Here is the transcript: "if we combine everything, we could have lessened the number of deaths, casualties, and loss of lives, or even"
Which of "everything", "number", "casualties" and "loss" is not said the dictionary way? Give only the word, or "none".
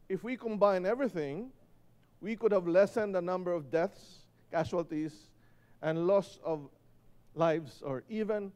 casualties